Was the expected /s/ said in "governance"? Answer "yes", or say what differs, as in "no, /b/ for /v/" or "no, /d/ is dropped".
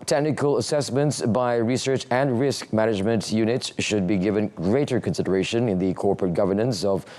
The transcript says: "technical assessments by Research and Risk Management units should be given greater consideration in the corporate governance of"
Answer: yes